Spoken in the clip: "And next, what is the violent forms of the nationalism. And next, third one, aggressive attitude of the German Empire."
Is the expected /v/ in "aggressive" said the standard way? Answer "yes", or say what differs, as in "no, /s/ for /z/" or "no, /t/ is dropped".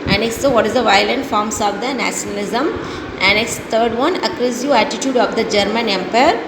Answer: no, /v/ is dropped